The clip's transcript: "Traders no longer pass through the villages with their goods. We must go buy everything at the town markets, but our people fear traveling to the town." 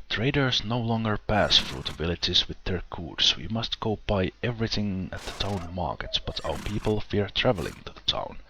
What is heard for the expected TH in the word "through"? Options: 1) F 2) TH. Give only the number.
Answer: 1